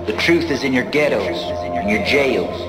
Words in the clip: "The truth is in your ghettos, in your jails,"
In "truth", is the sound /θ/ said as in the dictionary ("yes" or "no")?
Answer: yes